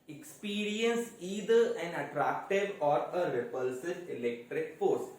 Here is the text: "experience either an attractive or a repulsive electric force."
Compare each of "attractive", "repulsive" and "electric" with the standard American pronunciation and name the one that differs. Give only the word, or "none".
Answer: none